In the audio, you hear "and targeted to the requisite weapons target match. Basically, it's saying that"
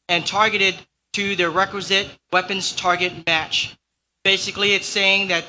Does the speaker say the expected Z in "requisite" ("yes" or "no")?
yes